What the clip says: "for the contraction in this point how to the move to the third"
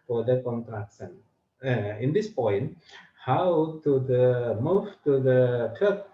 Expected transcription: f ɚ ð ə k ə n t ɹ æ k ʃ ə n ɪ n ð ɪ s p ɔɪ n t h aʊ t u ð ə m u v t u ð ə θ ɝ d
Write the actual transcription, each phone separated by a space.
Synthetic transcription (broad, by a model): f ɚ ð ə k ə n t ɹ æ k s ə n ɪ n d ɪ s p ɔɪ n t h aʊ t u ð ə m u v t u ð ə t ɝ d